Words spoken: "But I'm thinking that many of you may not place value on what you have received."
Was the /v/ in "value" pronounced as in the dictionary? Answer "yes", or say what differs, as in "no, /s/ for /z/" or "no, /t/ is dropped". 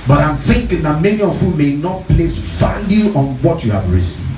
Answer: no, /f/ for /v/